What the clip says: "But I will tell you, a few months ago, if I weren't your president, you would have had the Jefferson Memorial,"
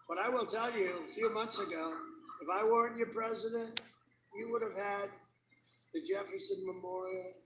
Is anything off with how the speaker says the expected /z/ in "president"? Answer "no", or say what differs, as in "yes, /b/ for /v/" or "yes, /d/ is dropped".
no